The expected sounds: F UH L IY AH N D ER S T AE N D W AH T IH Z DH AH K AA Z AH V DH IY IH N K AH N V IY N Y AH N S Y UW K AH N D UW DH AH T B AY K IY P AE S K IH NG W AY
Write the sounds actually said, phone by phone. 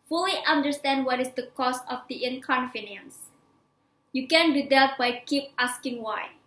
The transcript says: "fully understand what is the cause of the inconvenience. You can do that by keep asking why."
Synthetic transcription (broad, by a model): F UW L IY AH N D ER S T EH N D W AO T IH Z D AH K AA S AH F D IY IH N K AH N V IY N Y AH N S Y UW K AH N D UW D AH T B AY K IY P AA S K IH NG W AY